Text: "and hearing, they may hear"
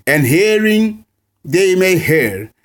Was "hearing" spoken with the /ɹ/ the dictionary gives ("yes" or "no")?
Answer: yes